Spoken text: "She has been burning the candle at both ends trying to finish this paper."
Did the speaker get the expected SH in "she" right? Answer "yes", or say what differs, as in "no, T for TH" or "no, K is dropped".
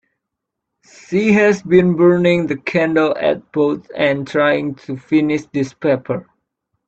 no, S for SH